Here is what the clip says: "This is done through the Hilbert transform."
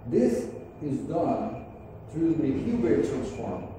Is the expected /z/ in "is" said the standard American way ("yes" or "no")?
yes